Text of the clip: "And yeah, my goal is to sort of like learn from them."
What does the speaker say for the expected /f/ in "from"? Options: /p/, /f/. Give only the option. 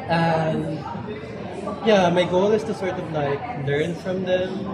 /f/